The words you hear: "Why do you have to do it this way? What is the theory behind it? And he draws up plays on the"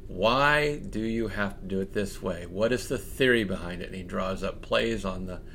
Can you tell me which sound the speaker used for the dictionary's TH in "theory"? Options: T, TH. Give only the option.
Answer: TH